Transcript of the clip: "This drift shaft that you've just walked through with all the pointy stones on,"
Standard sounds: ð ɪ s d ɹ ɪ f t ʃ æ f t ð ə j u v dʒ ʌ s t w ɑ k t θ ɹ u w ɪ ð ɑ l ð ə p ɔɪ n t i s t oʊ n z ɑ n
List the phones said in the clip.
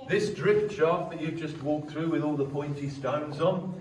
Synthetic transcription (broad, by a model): ð ɪ s d ɹ ɪ f t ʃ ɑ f ð ə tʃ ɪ dʒ ʌ s t w ɑ k θ ɹ u w ɪ ð ɑ l ð ə p ɔɪ n t i s t oʊ n z n